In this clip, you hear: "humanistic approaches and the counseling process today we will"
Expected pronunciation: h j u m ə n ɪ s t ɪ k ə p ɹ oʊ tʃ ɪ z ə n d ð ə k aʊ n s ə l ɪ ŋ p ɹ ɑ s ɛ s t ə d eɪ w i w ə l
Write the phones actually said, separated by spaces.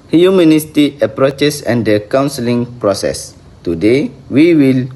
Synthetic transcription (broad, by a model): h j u m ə n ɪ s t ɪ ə p ɹ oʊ tʃ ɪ s ə n d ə k aʊ n s ə l ɪ ŋ p ɹ ɑ s ɛ s t ə d eɪ w i w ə l